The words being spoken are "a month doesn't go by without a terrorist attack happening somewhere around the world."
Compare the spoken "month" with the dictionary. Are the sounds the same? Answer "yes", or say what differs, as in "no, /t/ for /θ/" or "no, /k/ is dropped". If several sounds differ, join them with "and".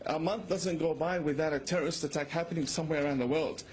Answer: yes